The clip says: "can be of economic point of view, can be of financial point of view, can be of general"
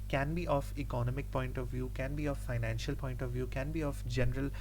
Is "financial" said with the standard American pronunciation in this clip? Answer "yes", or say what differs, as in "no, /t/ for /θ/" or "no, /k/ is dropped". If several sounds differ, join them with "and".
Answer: yes